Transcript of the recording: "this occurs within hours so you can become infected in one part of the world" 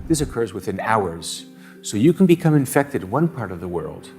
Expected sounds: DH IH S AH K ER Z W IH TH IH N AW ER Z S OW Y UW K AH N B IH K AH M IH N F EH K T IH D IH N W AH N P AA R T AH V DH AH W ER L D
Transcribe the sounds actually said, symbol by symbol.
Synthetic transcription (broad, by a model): DH IH S AH K ER Z W IH TH IH N AW ER Z S OW Y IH K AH N B IH K AH M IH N F EH K T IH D W AH N P AA R T AH V DH AH W ER L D